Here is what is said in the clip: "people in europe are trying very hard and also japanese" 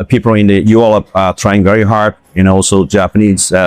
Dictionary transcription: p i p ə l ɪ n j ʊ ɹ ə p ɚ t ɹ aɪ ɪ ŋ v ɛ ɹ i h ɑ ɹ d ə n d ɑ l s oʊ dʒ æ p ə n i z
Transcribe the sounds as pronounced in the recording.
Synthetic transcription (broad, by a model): p i p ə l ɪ n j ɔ l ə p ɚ t ɹ aɪ ɪ ŋ v ɛ ɹ i h ɑ ɹ d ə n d ɑ l s oʊ dʒ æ p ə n i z